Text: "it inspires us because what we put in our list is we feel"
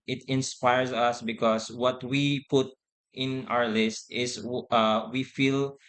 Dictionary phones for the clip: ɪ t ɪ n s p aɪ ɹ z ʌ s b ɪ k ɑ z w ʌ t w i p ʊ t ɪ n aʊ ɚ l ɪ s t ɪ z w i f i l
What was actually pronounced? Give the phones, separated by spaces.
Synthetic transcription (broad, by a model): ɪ t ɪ n s p aɪ ɹ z ʌ s b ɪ k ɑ s w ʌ t w i p ʊ t ɪ n aʊ ɚ l ɪ s t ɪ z w i f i l